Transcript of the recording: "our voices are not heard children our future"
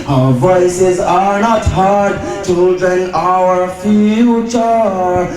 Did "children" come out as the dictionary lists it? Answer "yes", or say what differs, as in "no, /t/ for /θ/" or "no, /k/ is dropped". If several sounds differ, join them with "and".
no, /l/ is dropped and /ɹ/ is dropped